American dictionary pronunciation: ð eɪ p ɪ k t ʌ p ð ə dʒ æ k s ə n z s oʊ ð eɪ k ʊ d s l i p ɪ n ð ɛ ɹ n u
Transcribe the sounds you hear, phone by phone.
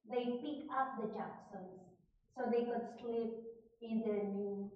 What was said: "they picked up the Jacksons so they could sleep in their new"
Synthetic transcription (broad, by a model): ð eɪ p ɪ k ʌ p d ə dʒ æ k s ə n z s oʊ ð eɪ k ʊ d s l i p ɪ n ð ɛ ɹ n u